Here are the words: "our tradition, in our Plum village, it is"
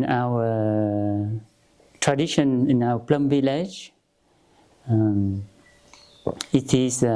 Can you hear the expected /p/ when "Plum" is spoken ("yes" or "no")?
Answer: yes